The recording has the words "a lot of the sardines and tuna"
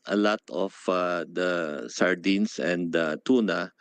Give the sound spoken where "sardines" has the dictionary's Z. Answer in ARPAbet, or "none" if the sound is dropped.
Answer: S